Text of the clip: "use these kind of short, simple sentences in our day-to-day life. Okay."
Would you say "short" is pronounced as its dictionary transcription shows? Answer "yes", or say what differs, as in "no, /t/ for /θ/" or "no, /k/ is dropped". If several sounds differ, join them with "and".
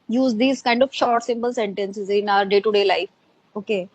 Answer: yes